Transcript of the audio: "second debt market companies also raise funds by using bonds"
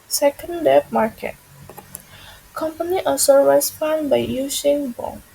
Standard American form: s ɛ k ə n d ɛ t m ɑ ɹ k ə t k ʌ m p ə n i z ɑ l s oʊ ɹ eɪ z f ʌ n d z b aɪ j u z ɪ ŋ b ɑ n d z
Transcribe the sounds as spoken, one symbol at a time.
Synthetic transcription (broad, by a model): s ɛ k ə n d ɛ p m ɑ ɹ k ə t k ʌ m p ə n i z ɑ s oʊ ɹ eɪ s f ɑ n b aɪ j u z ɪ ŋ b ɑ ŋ